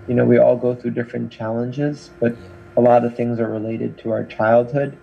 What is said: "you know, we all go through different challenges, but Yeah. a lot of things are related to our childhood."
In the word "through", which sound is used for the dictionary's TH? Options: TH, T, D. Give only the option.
TH